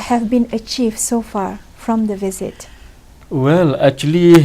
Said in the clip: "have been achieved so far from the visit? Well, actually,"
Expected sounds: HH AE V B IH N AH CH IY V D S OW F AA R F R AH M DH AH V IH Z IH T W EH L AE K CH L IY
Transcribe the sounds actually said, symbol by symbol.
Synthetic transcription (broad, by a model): HH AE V B IH N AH CH IY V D S OW F AA R F R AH M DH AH V IH Z IH T W EH L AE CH L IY